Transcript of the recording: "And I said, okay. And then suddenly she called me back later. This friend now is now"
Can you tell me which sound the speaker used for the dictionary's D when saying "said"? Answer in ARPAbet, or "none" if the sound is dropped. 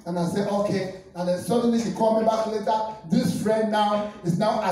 none